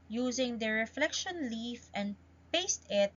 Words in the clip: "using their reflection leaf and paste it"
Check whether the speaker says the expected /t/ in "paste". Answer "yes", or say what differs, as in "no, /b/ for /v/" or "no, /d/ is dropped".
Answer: yes